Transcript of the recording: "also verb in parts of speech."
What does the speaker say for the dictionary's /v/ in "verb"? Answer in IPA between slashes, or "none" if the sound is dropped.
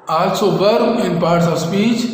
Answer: /b/